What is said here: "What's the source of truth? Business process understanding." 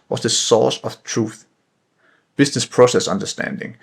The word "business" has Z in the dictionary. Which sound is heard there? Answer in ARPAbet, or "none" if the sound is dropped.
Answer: S